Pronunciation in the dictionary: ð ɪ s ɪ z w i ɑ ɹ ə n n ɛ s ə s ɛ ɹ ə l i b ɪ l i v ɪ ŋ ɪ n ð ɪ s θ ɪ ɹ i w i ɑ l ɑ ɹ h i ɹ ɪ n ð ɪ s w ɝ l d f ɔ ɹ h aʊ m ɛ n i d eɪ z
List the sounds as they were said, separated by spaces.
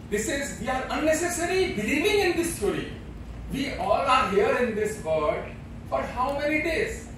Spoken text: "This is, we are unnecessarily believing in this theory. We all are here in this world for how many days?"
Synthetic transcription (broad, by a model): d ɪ s ɪ z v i ɑ ɹ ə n n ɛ s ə s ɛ ɹ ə l i b ɪ l i v ɪ ŋ ɪ n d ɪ s t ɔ ɹ i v i ɑ l ɑ ɹ h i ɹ ɪ n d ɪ s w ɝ d f ɔ ɹ h aʊ m ɛ n i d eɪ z